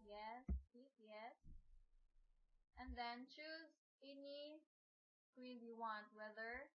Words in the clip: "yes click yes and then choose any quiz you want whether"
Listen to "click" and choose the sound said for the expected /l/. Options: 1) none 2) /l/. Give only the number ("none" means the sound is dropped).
1